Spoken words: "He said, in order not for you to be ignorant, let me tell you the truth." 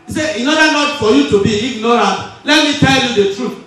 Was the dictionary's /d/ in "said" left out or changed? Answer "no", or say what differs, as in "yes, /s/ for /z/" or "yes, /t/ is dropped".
yes, /d/ is dropped